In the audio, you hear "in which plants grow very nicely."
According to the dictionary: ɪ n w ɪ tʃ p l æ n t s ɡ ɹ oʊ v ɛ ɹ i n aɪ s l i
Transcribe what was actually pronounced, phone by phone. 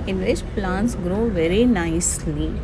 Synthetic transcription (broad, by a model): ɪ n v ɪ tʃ p l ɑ n t s ɡ ɹ oʊ v ɛ ɹ i n aɪ s l i